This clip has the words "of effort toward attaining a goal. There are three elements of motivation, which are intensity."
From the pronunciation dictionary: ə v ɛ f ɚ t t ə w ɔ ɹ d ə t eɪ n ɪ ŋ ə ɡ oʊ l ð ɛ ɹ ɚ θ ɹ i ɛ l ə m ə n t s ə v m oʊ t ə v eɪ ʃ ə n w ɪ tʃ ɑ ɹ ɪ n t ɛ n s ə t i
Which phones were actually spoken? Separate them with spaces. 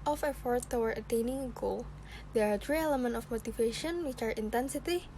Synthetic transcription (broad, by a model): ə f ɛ f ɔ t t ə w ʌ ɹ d ə t eɪ n ɪ ŋ ə ɡ oʊ l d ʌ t ɹ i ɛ l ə m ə n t ə f m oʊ t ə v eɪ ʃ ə n w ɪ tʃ ɑ ɹ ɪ n t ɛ n s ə t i